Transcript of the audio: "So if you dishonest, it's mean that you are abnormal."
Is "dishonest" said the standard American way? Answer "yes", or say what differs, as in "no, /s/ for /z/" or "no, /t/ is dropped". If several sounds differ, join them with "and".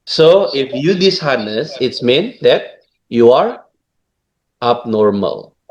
no, /t/ is dropped